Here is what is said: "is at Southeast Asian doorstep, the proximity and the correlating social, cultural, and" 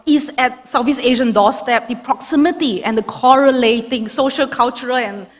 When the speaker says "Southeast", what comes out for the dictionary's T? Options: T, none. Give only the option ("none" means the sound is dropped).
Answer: none